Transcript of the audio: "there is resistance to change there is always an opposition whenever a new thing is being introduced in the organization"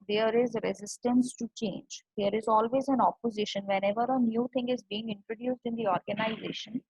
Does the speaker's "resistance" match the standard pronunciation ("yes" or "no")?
yes